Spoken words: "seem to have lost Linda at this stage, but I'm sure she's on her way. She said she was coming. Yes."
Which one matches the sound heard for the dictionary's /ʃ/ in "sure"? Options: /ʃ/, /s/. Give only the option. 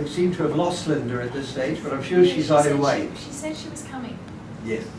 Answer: /ʃ/